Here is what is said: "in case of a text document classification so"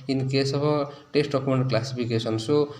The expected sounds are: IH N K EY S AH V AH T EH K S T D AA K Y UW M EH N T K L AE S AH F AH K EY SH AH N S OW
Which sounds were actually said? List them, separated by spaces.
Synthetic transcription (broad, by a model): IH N K EY S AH B AH T EH S T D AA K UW M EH N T K L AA S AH P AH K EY S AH N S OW